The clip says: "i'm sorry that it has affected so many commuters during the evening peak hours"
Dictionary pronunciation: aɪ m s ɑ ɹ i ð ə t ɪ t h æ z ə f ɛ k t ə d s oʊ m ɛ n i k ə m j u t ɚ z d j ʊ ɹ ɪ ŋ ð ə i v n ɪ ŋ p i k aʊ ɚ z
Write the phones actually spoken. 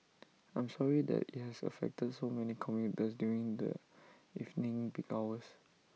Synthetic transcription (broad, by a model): aɪ m s ɑ ɹ i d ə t ɪ t h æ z ə f ɛ k t ə d s oʊ m ɛ n i k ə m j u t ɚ s d j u ɹ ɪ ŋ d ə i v n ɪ ŋ b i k aʊ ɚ s